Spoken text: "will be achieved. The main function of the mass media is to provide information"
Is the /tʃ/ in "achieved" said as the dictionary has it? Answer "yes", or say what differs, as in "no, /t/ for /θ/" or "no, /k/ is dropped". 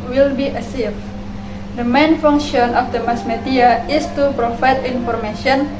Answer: no, /s/ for /tʃ/